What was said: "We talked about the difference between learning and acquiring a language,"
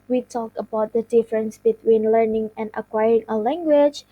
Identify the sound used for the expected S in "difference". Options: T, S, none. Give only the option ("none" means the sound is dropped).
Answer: S